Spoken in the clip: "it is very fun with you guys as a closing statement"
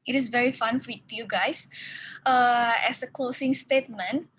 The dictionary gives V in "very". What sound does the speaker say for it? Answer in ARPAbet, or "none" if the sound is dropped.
V